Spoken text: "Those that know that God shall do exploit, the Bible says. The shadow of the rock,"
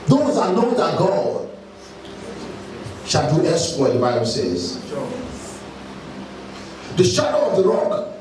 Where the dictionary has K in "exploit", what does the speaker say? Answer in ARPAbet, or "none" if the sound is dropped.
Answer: none